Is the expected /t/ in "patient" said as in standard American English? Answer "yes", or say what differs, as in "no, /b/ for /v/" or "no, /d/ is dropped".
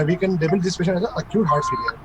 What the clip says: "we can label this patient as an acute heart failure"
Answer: no, /t/ is dropped